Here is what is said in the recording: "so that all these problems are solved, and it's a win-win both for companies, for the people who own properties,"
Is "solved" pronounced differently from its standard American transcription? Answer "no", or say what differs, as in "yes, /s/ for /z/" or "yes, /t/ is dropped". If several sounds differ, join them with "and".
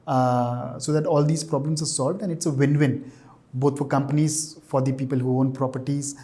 no